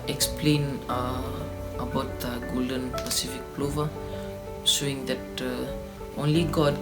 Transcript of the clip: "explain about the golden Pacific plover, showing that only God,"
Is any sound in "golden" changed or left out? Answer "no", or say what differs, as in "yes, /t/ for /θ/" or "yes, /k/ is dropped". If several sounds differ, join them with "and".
no